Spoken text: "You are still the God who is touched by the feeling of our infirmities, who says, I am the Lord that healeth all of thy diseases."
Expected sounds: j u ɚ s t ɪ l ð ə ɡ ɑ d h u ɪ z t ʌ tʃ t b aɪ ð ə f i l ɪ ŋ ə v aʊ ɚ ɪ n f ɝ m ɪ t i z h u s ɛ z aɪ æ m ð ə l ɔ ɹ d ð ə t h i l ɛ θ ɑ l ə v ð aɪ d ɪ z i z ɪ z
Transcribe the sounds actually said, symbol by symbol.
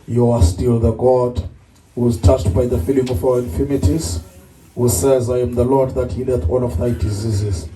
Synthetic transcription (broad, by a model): j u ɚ s t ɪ l ð ə ɡ ɑ d h u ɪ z t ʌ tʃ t b aɪ ð ə f i l ɪ ŋ ə v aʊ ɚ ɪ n f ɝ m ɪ t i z h u s ɛ z aɪ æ m ð ə l ɔ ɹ d ð ə t h i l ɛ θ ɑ n ə v ð aɪ d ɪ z i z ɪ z